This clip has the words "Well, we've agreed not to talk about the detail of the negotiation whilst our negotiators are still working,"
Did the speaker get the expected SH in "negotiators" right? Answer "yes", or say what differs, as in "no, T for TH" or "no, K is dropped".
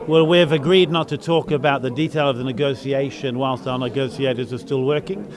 no, S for SH